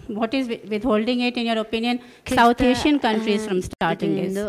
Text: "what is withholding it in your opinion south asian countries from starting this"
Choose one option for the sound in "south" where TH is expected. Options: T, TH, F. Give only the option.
T